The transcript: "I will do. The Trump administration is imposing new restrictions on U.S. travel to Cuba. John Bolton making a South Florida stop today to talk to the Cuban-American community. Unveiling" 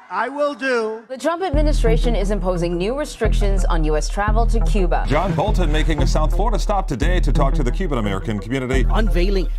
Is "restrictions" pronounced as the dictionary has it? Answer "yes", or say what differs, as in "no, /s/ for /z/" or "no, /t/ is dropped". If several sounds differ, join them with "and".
yes